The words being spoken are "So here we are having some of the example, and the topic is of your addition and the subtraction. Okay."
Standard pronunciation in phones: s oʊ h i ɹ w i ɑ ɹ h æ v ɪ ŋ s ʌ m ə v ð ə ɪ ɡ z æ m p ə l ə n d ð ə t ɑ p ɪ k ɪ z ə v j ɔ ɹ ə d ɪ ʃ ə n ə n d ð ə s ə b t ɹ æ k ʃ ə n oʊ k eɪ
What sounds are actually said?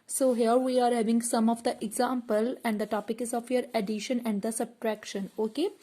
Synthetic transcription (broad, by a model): s oʊ h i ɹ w i ɑ ɹ h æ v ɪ ŋ s ʌ m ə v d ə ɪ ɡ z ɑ m p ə l ə n d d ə t ɑ p ɪ k ɪ z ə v j ɔ ɹ ə d ɪ ʃ ə n ə n d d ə s ə b t ɹ æ k ʃ ə n oʊ k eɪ